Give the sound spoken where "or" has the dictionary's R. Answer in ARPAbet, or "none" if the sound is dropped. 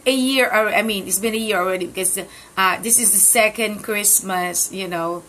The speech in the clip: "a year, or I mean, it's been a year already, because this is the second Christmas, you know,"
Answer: L